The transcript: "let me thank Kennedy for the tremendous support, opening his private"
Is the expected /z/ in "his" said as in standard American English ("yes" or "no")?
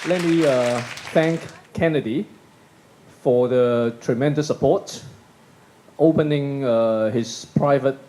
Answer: no